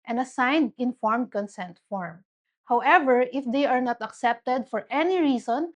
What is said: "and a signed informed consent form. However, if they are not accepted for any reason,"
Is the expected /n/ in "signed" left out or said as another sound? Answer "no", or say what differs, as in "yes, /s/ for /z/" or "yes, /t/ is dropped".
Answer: no